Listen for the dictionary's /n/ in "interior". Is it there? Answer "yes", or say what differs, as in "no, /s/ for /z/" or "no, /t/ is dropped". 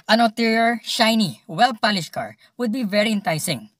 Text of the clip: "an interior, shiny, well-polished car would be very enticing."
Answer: no, /l/ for /n/